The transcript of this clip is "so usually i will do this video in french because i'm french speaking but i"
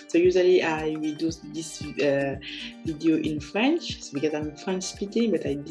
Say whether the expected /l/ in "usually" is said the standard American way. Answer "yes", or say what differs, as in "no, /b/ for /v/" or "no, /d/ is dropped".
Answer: yes